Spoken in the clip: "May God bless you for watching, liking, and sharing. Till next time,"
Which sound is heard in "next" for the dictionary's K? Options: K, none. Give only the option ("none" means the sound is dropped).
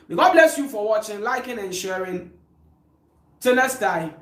none